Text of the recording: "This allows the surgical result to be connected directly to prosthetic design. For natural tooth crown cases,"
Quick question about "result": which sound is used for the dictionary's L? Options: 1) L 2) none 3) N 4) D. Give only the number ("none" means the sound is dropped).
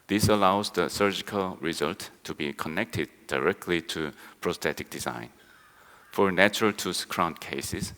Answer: 1